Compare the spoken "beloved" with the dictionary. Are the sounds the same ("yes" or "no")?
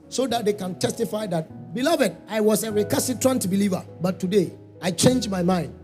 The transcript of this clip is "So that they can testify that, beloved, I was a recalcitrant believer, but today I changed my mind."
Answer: yes